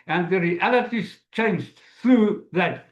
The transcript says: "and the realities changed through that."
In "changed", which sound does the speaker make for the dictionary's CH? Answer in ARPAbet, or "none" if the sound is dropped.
CH